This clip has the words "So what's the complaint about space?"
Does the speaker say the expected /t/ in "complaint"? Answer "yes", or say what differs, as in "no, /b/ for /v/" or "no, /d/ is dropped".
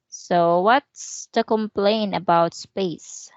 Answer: no, /t/ is dropped